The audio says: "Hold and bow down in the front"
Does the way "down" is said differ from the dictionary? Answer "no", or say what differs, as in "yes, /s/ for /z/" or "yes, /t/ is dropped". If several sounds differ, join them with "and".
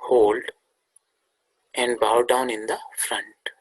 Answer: no